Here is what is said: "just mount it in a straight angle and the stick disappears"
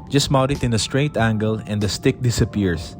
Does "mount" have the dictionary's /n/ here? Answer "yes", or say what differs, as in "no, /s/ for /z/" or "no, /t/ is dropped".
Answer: no, /n/ is dropped